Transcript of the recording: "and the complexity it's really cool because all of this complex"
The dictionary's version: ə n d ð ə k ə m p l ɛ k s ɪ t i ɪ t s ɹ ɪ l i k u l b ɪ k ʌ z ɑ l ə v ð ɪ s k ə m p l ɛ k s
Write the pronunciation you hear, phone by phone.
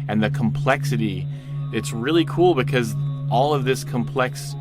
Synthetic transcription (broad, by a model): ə n ð ə k ə m p l ɛ k s ɪ t i ɪ t s ɹ ɪ l i k u l b ɪ k ʌ z ɑ l ə v ð ɪ s k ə m p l ɛ k s